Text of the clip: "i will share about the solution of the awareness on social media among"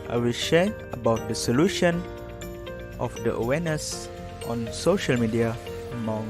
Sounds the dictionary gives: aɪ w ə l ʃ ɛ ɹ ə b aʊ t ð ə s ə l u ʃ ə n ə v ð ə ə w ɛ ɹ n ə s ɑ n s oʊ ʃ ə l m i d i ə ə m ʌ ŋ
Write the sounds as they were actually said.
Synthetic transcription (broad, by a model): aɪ w ə l ʃ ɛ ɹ ə b aʊ t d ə s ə l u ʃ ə n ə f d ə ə w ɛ n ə s ɑ n s oʊ ʃ ə l m i d i ə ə m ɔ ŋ